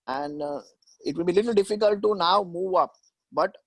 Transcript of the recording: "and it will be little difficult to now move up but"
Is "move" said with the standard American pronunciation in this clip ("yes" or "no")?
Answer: yes